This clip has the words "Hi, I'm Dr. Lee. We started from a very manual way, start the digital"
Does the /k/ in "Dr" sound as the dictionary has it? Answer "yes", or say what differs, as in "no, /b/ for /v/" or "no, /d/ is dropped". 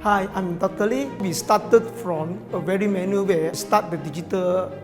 no, /k/ is dropped